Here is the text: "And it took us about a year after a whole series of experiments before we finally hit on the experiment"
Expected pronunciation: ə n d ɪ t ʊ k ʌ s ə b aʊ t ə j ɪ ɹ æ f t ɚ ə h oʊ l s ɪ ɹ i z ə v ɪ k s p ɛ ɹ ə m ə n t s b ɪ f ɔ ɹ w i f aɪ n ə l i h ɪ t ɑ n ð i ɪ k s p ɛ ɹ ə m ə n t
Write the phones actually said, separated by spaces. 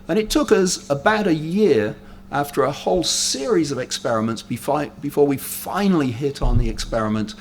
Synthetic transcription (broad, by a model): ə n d ɪ t ʊ k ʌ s ə b aʊ t ə j ɪ ɹ æ f t ɚ ə h oʊ l s ɪ ɹ i z ə v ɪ k s p ɛ ɹ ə m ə n t s b ɪ f ɔ ɹ w i f aɪ n l i h ɪ t n ð i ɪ k s p ɛ ɹ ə m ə n t